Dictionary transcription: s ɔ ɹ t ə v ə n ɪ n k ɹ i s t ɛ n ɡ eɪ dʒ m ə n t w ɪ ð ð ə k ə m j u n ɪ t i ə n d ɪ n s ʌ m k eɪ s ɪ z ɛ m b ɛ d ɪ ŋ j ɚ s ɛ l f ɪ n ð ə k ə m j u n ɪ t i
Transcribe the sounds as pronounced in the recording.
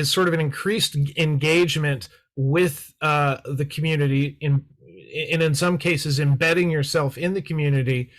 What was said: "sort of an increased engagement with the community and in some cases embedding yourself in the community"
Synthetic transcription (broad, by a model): s ɔ ɹ t ə v ə n ɪ n k ɹ i s t ɛ n ɡ eɪ dʒ m ə n t w ɪ ð ð ə k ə m j u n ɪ t i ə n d ɪ n s ʌ m k eɪ s ɪ z ɛ m b ɛ d ɪ ŋ j ɚ s ɛ l f ɪ n ð ə k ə m j u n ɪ t i